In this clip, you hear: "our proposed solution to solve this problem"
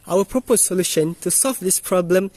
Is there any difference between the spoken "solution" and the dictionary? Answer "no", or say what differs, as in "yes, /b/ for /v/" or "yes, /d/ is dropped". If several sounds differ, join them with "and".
no